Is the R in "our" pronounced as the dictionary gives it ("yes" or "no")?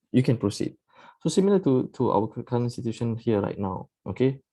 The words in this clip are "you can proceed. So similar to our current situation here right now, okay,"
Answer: no